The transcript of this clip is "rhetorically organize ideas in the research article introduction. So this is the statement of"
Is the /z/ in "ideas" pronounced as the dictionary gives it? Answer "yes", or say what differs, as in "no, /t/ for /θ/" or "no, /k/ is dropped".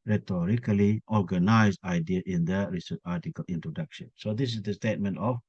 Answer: no, /z/ is dropped